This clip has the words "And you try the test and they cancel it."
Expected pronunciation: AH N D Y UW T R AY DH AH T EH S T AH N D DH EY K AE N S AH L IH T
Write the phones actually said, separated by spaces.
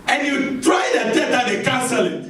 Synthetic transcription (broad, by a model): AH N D Y UW T R AY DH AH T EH T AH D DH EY K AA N S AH L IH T